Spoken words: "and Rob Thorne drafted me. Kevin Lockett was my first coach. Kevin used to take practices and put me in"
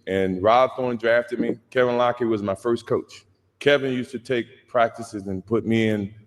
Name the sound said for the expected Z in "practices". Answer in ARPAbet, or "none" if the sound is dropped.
Z